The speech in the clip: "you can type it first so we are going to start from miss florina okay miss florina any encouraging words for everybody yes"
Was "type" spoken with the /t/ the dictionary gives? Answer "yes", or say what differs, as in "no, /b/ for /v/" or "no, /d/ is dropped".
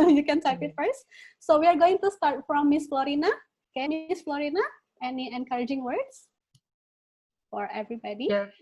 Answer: no, /s/ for /t/